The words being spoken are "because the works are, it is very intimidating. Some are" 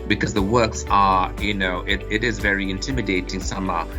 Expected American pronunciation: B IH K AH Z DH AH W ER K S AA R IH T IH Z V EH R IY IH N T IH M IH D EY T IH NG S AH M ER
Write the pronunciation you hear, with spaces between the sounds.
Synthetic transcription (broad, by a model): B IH K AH Z DH AH W ER K S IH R IH T IH Z V EH R IY IH N T IH M IH D EY T IH NG S AH M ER